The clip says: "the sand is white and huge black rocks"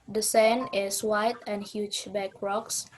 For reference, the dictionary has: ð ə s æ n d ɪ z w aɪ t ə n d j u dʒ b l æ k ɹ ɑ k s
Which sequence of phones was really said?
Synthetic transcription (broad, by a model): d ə s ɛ n ɪ s w aɪ t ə n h j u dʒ b æ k ɹ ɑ k s